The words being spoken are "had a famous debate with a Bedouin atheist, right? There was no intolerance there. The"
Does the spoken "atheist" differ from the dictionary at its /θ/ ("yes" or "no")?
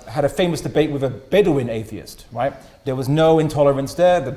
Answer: no